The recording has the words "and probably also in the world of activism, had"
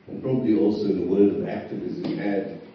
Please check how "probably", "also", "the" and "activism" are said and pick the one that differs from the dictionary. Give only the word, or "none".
none